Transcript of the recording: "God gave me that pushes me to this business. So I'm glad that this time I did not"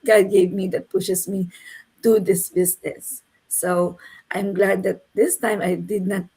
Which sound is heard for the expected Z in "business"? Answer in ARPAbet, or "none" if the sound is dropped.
S